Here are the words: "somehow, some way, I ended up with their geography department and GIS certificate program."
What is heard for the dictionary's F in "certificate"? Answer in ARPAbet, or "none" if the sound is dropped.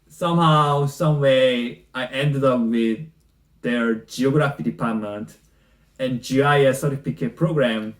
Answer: P